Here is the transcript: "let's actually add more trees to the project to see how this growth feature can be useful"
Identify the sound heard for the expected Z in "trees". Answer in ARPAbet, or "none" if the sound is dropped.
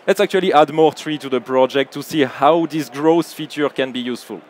none